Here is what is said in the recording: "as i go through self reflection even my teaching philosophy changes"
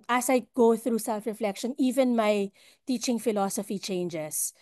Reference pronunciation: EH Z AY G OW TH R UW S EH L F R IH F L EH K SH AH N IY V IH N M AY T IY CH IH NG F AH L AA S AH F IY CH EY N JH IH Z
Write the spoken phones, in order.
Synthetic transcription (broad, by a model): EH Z AY G OW TH R UW S EH L F R IH F L EH K SH AH N IY V IH N M AY T IY CH IH NG F AH L AA S AH F IY CH EY N JH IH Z